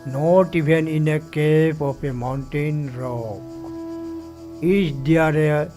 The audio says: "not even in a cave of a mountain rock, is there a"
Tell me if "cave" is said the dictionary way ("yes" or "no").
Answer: no